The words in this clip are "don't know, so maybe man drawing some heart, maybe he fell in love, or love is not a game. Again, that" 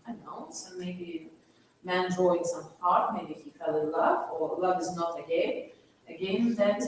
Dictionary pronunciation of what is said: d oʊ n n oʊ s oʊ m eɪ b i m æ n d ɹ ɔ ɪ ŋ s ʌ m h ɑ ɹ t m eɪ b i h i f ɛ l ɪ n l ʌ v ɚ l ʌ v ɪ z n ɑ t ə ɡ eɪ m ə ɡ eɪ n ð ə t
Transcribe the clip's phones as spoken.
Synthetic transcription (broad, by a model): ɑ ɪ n n oʊ s oʊ m eɪ b i m æ n d ɹ ɔ ɪ ŋ s ʌ m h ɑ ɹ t m eɪ b i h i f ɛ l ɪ l ʌ v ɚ l ʌ v ɪ z n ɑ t ə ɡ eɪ ə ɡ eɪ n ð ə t